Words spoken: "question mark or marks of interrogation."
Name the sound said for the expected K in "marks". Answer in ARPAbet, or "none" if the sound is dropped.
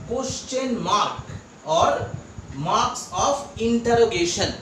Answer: K